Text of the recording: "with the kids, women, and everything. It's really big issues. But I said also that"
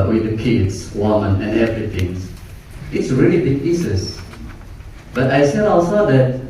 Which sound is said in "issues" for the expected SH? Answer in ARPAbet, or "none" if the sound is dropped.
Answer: S